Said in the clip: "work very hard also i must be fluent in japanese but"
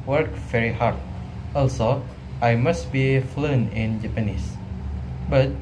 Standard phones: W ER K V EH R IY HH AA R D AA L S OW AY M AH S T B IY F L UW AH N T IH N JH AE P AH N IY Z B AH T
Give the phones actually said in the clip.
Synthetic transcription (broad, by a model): W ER K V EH R IY HH AA R D AA L S OW AY M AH S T B IY F L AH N IH N JH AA P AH N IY S B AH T